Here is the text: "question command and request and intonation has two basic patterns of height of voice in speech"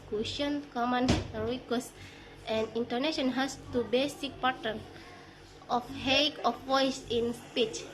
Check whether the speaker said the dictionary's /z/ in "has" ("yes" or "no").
no